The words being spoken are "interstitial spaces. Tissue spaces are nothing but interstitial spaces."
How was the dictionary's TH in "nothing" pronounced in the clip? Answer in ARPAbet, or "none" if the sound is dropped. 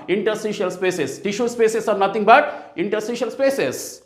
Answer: T